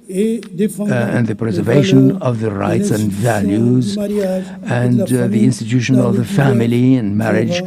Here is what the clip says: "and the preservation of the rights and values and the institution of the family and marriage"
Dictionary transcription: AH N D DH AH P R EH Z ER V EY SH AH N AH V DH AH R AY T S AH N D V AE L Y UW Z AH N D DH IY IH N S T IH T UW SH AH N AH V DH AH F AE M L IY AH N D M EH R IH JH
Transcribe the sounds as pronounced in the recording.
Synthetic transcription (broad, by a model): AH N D DH AH P R EH Z ER V EY SH AH N AH V DH AH R AY T S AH N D V AE L Y UW Z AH N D DH IY IH N S T IH T UW SH AH N AH V DH AH F AE M L IY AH N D M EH R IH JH